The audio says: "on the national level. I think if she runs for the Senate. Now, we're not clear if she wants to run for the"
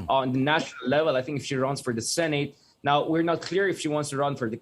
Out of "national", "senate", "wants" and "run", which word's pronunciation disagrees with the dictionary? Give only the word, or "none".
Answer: none